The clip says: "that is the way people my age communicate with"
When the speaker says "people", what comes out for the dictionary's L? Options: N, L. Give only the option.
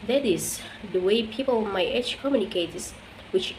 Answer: N